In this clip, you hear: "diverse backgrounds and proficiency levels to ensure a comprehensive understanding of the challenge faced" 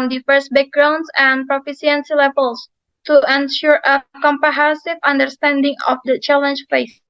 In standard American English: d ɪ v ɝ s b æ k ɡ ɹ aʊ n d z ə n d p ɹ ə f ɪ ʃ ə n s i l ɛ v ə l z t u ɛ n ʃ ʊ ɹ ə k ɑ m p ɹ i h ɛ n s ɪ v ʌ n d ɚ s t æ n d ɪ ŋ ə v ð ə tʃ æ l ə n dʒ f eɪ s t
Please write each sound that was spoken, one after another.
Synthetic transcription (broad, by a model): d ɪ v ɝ s b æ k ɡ ɹ aʊ n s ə n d p ɹ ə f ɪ s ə n s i l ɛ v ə l s t u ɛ n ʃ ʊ ɹ ə k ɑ m p i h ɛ s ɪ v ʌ n d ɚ s t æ n d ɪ ŋ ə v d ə tʃ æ l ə n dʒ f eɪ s